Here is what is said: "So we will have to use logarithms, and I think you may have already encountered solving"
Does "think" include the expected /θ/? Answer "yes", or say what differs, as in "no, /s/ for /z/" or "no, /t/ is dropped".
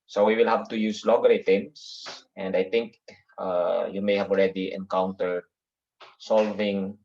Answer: no, /t/ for /θ/